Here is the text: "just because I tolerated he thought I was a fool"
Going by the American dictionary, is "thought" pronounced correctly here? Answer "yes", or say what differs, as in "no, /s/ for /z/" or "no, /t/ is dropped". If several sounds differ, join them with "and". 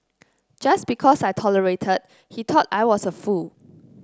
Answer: no, /t/ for /θ/